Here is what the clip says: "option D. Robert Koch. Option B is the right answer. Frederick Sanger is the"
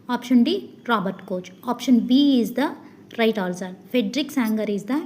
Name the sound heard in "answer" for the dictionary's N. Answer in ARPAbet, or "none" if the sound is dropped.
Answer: L